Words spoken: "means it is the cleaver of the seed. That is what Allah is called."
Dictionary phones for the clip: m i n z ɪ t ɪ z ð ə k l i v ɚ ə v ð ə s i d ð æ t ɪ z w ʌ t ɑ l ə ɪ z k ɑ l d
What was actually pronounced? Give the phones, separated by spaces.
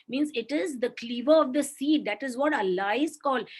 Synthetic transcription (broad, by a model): m i n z ɪ t ɪ z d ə k l i v ɚ ə v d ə s i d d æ t ɪ z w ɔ t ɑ l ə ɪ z k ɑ l